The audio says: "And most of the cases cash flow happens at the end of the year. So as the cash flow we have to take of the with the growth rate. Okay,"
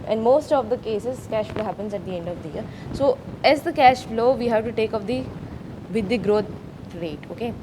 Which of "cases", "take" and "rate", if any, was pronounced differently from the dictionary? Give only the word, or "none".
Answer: none